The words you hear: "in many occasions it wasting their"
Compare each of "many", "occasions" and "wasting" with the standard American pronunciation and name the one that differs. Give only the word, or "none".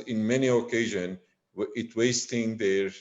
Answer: occasions